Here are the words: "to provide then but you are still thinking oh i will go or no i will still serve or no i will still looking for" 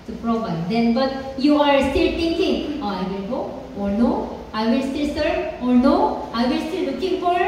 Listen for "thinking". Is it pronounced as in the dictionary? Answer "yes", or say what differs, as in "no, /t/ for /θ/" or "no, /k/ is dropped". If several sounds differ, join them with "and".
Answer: no, /t/ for /θ/